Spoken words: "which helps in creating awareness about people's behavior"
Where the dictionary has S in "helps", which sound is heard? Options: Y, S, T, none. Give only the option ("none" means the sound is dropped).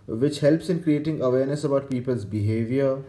S